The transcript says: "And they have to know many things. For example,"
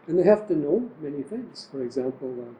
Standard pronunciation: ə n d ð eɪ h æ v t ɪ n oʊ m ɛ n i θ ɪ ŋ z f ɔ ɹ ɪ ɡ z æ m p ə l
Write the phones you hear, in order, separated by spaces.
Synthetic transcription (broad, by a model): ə n ð eɪ h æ f t ɪ n oʊ m ɛ n i θ ɪ ŋ z f ɔ ɹ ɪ ɡ z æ m p l